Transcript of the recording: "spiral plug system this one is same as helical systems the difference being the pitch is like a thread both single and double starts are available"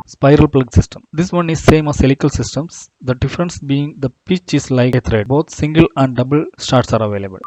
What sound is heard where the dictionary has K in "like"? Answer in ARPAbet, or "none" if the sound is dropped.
none